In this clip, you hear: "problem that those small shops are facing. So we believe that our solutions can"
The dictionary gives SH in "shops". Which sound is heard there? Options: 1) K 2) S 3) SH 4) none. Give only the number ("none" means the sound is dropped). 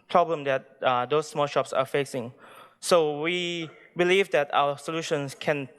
3